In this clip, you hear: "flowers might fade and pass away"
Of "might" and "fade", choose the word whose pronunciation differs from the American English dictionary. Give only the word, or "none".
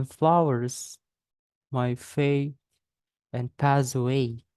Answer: fade